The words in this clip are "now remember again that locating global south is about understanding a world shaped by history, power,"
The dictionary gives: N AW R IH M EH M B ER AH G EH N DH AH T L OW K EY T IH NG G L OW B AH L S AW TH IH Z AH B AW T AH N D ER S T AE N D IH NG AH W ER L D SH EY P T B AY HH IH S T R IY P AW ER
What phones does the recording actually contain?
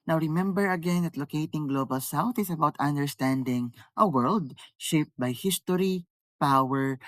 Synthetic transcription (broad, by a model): N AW R IH M EH M B ER AH G EH N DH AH T L OW K EY T IH NG G L OW B AH L S AW TH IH S AH B AW T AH N D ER S T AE N D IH NG AH W ER L D SH EY P T B AY HH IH S T R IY P AW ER